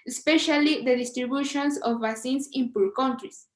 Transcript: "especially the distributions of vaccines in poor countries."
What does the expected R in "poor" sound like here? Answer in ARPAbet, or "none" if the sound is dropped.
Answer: L